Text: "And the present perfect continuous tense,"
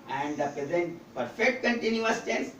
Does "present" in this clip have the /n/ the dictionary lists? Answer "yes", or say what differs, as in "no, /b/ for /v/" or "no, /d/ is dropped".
yes